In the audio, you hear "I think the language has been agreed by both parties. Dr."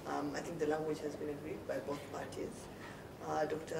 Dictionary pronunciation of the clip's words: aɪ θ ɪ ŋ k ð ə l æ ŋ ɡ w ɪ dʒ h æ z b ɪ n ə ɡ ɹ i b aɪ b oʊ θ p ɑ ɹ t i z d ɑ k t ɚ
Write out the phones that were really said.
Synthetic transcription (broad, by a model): aɪ t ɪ ŋ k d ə l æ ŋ ɡ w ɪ dʒ h æ z b ɪ n ə ɡ ɹ i b aɪ b oʊ t p ɑ ɹ t i z d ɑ k t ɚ